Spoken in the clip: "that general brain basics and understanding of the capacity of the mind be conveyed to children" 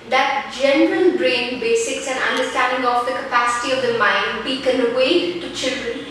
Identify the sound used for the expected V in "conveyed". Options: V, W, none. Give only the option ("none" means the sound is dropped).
W